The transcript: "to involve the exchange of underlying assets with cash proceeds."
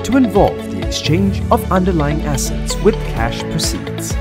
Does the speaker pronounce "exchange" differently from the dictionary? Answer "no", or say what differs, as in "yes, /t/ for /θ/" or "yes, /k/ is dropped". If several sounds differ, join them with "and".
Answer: no